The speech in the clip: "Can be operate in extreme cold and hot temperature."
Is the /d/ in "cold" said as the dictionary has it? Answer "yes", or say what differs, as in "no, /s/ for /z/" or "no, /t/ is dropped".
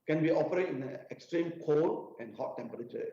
no, /d/ is dropped